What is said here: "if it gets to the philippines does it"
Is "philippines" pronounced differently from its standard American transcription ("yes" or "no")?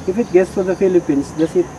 yes